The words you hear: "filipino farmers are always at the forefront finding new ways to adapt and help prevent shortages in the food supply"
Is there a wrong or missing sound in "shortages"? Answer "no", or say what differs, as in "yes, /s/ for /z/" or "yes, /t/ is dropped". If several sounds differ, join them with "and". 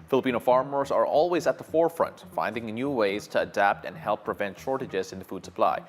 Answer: no